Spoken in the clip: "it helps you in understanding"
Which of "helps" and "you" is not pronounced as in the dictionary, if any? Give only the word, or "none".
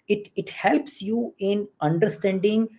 none